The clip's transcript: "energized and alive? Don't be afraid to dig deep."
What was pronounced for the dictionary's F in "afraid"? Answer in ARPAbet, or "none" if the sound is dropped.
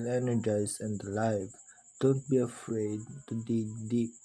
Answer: F